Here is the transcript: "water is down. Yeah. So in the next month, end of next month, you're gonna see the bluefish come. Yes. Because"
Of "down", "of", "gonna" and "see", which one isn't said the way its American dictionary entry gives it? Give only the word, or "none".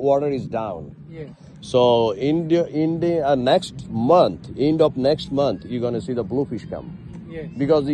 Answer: of